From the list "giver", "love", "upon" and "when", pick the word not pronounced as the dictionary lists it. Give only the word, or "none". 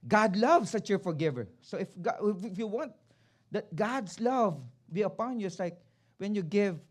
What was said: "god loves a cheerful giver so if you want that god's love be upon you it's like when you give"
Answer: none